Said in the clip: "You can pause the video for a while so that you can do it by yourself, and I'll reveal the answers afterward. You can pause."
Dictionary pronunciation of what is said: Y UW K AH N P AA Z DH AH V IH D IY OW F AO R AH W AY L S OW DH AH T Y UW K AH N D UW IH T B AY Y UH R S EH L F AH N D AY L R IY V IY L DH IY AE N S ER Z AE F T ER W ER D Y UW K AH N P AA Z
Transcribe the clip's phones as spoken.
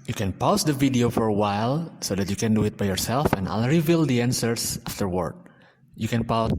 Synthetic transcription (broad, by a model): Y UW K AH N P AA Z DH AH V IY D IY OW F AO R AH W AY L S OW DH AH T Y UW K AH N D UW IH T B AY Y UH R S EH L F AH N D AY L R IY V IY L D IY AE N S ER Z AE F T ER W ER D Y UW K AH N P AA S